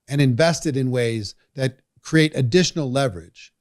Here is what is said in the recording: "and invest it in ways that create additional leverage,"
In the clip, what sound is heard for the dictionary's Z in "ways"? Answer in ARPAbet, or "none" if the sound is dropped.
Z